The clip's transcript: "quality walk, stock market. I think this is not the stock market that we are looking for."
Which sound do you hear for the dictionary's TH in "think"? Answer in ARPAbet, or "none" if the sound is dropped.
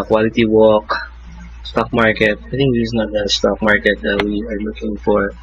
T